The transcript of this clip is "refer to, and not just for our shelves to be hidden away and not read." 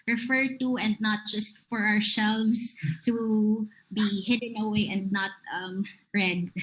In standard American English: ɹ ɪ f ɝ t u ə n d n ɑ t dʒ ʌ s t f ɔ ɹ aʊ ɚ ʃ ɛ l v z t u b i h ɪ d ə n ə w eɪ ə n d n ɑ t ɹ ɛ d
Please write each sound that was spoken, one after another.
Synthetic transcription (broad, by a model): ɹ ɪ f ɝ t u ə n d n ɑ t dʒ ʌ s t f ɔ ɹ aʊ ɚ s ɛ l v s t u b i h ɪ d ə n ə w eɪ ə n d n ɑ t ɹ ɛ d